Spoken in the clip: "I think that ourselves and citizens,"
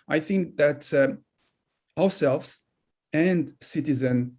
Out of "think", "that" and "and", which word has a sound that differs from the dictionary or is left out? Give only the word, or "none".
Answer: none